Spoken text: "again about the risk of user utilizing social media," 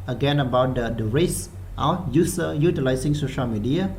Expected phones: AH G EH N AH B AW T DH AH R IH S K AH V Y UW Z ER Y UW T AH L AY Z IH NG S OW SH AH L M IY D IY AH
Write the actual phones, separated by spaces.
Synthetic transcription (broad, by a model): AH G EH N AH B AW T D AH R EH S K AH Y UW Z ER Y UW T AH L AY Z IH NG S OW SH AH L M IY D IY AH